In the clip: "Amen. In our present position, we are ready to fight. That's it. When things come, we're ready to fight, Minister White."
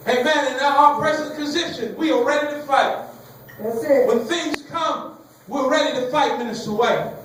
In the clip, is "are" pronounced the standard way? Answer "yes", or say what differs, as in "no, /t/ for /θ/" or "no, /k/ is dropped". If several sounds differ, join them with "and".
no, /l/ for /ɹ/